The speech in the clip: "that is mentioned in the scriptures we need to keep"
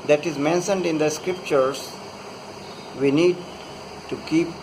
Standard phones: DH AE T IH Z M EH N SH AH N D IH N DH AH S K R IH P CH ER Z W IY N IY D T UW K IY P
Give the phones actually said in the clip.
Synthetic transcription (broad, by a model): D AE T IH Z M EH N SH AH N D IH N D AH S K R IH P CH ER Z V IY N IY D T UW K IY P